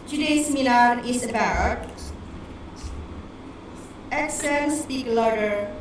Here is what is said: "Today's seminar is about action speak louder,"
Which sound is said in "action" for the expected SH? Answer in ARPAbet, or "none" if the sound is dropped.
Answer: S